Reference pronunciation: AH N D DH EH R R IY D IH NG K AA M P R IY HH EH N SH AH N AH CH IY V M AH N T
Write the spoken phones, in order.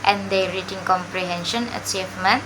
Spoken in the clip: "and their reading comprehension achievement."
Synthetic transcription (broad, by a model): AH N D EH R R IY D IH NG K AA M P R IY HH EH N SH AH N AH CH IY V M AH N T